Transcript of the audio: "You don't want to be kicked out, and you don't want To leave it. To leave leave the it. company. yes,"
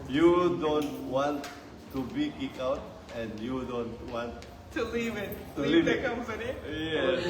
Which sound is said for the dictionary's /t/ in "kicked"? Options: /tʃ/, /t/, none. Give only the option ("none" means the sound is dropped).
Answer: none